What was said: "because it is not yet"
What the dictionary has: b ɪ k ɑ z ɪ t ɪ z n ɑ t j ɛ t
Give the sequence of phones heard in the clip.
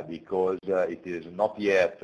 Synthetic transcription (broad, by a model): b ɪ k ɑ z ɪ t ɪ z n ɑ t j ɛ t